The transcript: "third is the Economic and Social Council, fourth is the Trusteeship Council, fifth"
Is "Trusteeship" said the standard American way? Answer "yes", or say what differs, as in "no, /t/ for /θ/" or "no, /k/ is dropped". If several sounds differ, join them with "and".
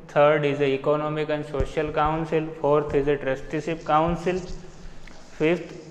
no, /s/ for /ʃ/